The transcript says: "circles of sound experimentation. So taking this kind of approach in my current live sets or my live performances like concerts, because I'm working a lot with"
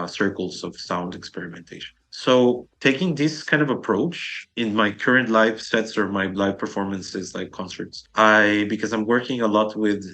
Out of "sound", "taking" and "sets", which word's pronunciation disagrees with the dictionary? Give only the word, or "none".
none